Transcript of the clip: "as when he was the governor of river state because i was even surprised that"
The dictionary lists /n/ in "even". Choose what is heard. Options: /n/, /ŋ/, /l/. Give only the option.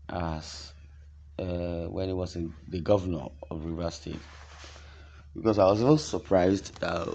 /l/